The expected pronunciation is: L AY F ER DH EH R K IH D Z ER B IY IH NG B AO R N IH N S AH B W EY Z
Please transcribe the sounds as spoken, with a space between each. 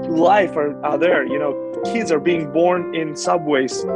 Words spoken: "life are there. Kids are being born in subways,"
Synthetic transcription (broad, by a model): L AY F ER DH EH R K IH D Z ER B IY IH NG B AO R N IH N S AH B W EY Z